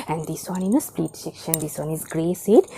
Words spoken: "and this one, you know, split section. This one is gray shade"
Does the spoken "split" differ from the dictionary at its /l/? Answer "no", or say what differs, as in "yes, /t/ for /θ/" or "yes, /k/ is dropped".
yes, /l/ is dropped